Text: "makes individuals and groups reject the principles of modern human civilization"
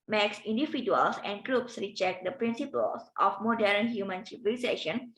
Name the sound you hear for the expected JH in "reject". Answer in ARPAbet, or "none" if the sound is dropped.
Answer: CH